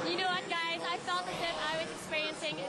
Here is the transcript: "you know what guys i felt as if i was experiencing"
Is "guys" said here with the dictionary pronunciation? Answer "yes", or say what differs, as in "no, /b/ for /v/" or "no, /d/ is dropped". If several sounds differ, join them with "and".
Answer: yes